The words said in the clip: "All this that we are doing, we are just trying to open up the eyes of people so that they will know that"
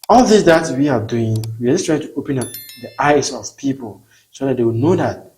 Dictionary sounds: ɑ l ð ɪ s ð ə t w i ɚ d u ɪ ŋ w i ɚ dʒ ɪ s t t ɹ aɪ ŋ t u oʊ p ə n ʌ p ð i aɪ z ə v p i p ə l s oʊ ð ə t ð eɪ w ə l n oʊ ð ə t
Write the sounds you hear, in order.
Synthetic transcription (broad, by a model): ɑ l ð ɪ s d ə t w i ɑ d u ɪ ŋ w i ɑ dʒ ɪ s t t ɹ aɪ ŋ t u oʊ p ə n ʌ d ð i aɪ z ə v p i p ə l s oʊ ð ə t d eɪ w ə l n oʊ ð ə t